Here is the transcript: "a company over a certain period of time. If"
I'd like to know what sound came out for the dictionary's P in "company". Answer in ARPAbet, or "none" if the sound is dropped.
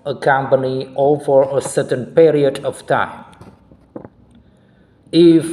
P